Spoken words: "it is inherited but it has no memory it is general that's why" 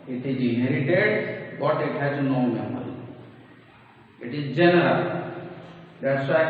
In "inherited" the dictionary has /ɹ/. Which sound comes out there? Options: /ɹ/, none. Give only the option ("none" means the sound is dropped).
/ɹ/